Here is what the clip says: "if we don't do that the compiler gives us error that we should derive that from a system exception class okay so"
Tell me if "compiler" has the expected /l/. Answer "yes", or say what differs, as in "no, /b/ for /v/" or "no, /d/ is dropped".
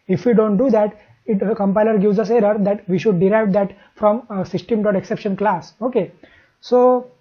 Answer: yes